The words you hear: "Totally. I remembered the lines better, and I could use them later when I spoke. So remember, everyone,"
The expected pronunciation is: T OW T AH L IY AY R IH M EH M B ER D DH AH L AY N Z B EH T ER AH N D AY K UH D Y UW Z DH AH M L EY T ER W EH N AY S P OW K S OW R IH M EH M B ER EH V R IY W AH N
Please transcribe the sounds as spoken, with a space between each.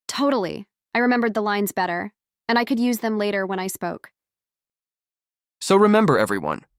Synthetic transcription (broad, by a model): T OW T L IY AY R IH M EH M B ER D DH AH L AY N Z B EH T ER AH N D AY K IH D Y UW Z DH AH M L EY T ER W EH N AY S P OW K S OW R IH M EH M B ER EH V R IY W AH N